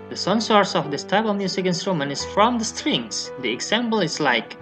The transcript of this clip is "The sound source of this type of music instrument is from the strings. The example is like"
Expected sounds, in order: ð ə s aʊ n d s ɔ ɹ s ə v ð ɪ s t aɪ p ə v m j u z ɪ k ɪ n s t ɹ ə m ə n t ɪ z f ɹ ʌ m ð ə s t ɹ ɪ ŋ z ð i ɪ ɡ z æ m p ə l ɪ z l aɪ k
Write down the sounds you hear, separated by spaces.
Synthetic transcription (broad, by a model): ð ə s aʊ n s ɔ ɹ s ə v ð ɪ s t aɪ b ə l m j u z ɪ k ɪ n s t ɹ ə m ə n ɪ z f ɹ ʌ m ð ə s t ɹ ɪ ŋ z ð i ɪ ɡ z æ m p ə l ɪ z l aɪ k